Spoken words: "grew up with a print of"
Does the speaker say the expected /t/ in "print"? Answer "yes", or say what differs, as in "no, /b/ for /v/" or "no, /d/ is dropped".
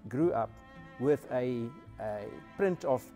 yes